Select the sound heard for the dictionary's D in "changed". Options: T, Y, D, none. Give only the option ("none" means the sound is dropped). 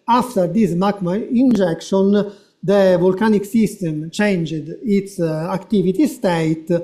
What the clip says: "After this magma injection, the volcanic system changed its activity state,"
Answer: D